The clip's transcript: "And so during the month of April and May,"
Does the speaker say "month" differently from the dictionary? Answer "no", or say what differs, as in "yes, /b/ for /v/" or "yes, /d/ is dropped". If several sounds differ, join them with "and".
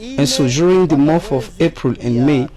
yes, /n/ is dropped